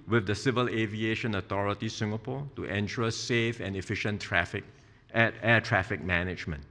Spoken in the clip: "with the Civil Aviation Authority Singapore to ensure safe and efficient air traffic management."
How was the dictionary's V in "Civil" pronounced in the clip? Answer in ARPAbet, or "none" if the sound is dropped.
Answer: V